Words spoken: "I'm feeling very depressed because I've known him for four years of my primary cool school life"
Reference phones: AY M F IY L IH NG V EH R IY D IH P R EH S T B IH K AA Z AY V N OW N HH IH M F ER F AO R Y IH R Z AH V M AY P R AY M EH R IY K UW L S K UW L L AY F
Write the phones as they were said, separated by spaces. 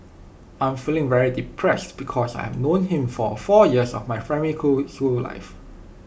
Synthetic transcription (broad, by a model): AY M F IY L IH NG V EH R IY D IH P R EH S T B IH K AA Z AY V N OW N HH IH M F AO F AO Y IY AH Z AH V M AY F R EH M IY L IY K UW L S K UW L L AY F